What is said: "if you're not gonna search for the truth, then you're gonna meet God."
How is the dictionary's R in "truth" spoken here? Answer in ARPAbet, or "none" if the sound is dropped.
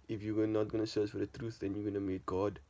R